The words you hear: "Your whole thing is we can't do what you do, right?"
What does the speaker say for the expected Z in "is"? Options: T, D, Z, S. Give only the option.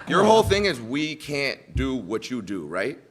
Z